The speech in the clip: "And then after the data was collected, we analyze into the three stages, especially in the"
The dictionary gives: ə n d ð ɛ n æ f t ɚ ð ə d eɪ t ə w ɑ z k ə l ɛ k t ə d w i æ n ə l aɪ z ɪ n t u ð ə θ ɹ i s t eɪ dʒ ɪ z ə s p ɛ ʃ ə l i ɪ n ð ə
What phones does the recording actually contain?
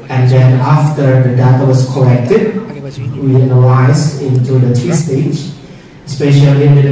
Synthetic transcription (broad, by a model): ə n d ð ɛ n æ f t ɚ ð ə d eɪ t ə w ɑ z k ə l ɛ k t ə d w i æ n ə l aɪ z ɪ n t u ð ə t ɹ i s t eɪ ɪ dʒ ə s p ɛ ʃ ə l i ɪ n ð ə